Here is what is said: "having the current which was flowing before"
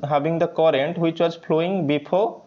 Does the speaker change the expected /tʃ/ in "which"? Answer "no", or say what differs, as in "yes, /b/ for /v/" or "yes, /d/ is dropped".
no